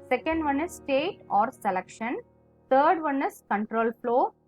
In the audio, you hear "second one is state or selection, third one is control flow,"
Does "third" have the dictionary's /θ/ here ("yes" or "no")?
no